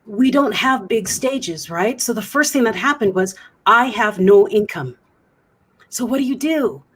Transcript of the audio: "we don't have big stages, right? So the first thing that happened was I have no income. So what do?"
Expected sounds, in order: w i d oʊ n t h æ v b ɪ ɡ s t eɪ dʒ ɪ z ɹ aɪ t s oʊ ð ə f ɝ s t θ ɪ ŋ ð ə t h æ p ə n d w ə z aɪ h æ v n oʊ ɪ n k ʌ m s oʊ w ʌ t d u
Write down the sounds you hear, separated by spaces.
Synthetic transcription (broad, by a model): w i d oʊ n t h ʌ v b ɪ ɡ s t eɪ dʒ ɪ z ɹ aɪ t s oʊ ð ə f ɝ s t θ ɪ ŋ ð ə t h æ p ə n d w ə z aɪ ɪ v n oʊ ɪ n k ʌ m s oʊ w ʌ t d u